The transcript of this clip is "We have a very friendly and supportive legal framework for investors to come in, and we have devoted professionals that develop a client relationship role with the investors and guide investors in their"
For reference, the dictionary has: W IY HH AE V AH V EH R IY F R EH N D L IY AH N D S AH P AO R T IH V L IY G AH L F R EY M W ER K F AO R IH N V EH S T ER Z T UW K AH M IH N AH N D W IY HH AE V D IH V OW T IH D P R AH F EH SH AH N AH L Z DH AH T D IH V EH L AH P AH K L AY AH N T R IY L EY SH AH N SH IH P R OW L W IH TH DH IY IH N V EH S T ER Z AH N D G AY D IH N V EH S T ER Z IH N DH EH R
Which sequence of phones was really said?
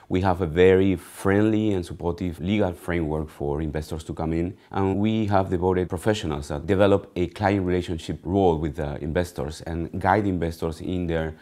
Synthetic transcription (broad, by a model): W IY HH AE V AH V EH R IY F R EH N D L IY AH N S AH P AO R T IH V L IY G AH L F R EY M W ER K F AO R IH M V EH S T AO S T UW K AH M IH N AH N W IY HH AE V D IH B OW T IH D P R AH F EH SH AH N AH L S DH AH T D IH V EH L AH P AH K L AY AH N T R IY L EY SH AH N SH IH P R OW L W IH DH IY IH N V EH S T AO S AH N G AY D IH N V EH S T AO S IH N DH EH R